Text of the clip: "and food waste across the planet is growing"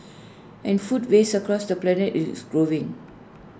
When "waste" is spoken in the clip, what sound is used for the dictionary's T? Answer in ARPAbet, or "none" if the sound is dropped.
none